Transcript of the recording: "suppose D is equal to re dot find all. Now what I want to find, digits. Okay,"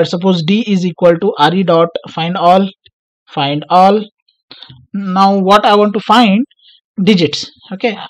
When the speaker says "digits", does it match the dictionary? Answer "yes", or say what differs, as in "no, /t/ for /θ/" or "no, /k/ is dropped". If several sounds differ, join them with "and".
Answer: yes